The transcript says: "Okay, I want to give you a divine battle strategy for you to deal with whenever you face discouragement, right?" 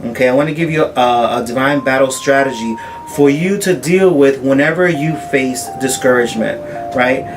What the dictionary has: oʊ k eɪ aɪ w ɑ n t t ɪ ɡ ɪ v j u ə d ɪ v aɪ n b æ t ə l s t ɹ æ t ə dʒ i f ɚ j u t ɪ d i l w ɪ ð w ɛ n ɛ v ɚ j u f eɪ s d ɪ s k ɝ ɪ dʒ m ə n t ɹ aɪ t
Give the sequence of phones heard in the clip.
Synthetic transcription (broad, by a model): oʊ k eɪ aɪ w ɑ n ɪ ɡ ɪ v j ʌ ə d ɪ v aɪ n b æ t l s t ɹ æ t ə dʒ i f ɚ j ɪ t ɪ d i l w ɪ ð w ɛ n ɛ v ɚ j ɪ f eɪ s d ɪ s k ɝ ɪ dʒ m ə n t ɹ aɪ t